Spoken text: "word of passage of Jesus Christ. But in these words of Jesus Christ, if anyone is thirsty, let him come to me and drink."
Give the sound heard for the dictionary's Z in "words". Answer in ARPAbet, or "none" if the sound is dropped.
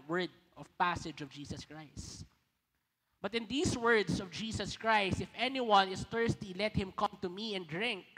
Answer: S